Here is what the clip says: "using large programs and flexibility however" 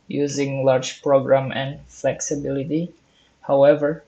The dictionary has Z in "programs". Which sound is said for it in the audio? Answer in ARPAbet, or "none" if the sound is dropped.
none